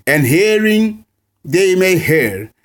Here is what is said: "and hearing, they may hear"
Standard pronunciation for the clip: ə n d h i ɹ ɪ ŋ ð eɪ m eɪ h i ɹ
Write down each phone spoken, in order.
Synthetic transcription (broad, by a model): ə n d h i ɹ ɪ ŋ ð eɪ m eɪ h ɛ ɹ